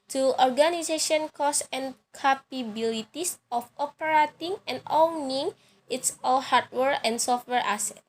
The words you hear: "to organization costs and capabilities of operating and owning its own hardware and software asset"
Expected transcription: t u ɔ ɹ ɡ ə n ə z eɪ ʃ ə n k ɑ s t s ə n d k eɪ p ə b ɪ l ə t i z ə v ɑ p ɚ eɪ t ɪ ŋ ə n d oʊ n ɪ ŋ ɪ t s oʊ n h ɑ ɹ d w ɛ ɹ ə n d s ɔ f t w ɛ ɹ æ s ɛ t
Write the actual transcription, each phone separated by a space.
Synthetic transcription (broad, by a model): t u ɔ ɹ ɡ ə n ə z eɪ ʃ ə n k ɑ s s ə n k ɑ p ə b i l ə t i s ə f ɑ p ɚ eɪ t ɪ ŋ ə n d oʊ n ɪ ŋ ɪ t s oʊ l h ɑ ɹ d w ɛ ɹ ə n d s ɔ f t w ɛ ɹ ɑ s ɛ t